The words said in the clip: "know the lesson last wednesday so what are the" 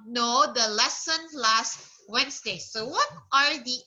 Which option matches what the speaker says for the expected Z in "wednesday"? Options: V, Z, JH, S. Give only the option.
S